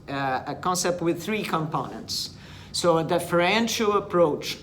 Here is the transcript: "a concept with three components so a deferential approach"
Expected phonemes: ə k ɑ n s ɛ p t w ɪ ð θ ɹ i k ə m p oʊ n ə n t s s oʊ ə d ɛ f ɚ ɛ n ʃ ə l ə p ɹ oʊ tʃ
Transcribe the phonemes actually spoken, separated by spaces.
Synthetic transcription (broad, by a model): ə k ɑ n s ɛ p t w ɪ ð θ ɹ i k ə m p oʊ n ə n t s s oʊ ə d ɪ f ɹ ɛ n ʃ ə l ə p ɹ oʊ tʃ